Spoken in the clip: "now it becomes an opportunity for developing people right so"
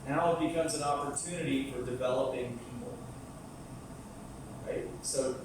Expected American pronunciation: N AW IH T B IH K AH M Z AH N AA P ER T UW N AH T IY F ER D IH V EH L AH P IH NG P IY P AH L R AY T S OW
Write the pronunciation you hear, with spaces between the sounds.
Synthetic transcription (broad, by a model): N AW IH T B IH K AH M Z AH N AA P ER T UW N AH T IY F ER D IH V EH L AH P IH NG P IY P L R AY T S OW